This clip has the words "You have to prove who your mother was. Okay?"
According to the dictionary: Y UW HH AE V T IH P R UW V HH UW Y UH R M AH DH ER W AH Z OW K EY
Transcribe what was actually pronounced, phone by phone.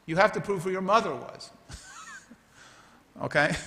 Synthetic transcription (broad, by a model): Y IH HH AE F T IH P R UW V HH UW Y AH R M AH DH ER W AH Z OW K EY